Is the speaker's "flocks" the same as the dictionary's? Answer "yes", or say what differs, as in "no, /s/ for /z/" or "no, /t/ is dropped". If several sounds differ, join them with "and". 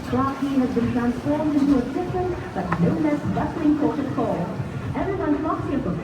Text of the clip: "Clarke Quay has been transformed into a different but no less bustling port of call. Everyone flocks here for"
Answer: no, /k/ is dropped